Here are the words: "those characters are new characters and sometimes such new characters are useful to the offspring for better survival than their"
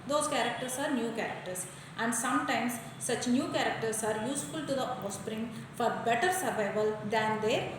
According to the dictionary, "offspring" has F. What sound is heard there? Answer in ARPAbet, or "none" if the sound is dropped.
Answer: none